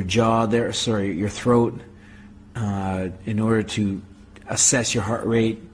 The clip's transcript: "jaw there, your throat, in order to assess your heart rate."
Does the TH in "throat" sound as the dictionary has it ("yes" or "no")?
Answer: yes